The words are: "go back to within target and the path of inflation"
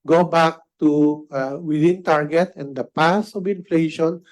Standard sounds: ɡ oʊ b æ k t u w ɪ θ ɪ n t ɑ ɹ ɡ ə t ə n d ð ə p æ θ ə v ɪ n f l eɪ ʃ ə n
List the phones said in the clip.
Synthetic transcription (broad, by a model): ɡ oʊ b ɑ k t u w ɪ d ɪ n t ɑ ɹ ɡ ə t ə n d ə p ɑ s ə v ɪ n f l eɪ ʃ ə n